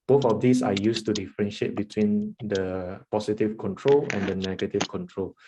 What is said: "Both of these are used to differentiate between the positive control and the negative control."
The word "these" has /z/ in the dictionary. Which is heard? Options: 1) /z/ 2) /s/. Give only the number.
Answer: 2